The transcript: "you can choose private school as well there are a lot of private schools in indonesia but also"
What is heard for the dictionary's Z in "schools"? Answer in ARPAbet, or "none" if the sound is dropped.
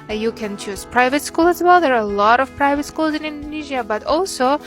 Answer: Z